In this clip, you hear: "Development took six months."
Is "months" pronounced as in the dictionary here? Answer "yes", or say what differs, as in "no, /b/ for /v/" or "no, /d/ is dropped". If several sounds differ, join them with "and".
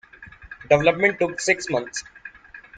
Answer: no, /t/ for /θ/